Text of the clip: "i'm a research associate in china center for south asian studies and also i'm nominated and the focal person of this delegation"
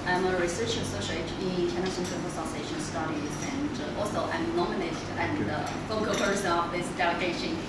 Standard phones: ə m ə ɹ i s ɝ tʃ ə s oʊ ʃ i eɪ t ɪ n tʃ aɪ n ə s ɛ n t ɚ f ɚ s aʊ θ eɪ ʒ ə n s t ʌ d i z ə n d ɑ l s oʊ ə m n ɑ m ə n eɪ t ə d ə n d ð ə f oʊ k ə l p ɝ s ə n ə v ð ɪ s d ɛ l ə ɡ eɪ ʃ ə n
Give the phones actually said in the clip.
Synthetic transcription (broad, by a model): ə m ə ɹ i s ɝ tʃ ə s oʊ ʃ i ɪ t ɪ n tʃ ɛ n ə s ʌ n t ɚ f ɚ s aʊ s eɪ ʃ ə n s t ʌ d i z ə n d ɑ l s oʊ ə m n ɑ m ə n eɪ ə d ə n ð ə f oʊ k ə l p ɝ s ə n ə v ð ɪ s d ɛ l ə ɡ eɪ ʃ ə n